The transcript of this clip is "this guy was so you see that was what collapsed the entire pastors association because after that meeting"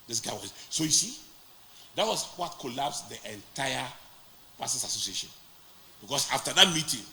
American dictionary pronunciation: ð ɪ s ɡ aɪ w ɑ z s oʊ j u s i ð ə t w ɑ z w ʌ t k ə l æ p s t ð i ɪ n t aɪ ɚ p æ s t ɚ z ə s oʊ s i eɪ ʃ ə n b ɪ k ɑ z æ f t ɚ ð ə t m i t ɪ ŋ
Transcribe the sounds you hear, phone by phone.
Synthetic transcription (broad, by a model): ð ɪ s ɡ aɪ w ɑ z s oʊ j u s i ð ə t w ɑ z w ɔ t k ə l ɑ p s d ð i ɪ n t aɪ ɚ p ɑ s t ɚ s ə s oʊ s i eɪ ʃ ə n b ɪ k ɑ s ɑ f t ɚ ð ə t m i t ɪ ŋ